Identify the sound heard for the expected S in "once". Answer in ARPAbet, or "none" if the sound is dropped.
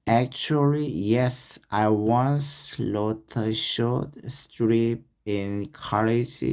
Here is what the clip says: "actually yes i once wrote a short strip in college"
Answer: S